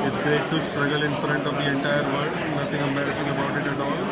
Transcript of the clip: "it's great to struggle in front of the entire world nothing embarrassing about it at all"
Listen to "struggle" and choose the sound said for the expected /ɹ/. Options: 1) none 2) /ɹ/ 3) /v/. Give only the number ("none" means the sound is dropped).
2